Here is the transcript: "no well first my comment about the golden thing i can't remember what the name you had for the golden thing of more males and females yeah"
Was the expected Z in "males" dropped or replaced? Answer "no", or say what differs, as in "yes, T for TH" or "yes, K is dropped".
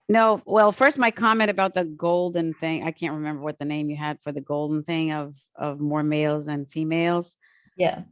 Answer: no